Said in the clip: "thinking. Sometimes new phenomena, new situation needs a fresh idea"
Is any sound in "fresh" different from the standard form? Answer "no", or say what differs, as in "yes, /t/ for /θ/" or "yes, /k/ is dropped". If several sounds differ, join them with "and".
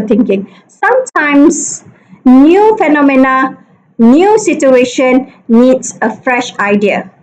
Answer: no